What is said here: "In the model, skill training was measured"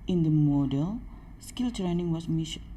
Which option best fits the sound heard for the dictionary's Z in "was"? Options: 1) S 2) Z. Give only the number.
1